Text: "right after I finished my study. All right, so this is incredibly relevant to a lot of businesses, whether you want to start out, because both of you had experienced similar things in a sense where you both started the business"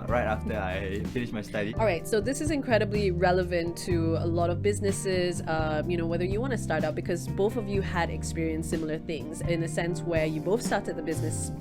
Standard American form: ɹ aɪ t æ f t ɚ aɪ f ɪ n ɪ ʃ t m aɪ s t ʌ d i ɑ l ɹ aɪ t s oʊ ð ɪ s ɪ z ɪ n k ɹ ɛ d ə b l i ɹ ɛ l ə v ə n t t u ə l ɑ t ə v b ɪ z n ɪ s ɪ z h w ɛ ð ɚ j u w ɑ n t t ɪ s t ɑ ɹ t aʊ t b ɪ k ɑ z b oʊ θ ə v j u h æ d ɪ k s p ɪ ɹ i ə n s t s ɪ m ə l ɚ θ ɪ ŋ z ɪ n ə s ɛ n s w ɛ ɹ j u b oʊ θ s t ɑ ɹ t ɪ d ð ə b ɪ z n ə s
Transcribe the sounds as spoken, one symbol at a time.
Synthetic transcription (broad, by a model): ɹ aɪ t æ f t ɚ aɪ f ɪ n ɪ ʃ m aɪ s t ʌ d i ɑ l ɹ aɪ t s oʊ ð ɪ s ɪ z ɪ n k ɹ ɛ d ə b l i ɹ ɛ l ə v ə n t t u ə l ɑ t ə v b ɪ z n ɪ s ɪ z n w ɛ ð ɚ j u w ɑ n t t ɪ s t ɑ ɹ t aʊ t b ɪ k ɑ z b oʊ θ ə v j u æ d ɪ k s p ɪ ɹ i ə n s s ɪ m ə l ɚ θ ɪ ŋ z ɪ n ə s ɛ n s w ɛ ɹ j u b oʊ θ s t ɑ ɹ t ɪ d ð ə b ɪ z n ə s